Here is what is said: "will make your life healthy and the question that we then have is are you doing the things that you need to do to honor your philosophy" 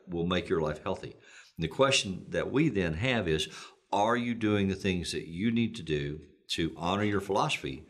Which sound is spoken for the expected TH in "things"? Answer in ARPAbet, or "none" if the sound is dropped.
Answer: TH